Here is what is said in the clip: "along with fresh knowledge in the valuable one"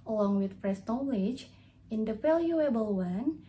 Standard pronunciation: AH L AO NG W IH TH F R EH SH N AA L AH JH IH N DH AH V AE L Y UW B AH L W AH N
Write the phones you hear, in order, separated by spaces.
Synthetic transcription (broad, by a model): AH L AO NG W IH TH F R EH S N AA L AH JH IH N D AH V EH L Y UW B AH L W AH N